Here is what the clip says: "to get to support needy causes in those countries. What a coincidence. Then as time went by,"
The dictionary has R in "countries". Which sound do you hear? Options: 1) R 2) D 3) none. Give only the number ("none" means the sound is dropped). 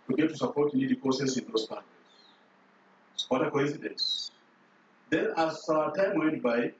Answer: 3